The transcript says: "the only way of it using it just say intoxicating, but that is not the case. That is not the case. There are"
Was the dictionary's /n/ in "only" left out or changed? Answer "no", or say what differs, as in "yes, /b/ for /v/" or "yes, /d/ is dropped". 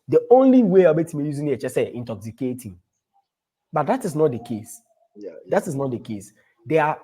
no